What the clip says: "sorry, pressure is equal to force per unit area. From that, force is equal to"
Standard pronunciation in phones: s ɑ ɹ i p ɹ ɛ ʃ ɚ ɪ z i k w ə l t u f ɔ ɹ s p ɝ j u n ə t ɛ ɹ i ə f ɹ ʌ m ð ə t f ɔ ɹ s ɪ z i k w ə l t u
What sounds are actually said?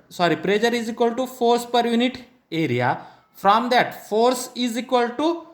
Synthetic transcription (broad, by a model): s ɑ ɹ i p ɹ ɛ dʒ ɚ ɪ z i k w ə l t u f ɔ ɹ s p ɝ j u n ə t ɛ ɹ i ə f ɹ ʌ m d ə t f ɔ ɹ s ɪ z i k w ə l t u